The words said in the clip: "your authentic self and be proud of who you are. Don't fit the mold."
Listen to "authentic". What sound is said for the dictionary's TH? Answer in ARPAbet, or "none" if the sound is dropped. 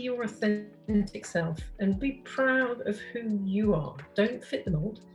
TH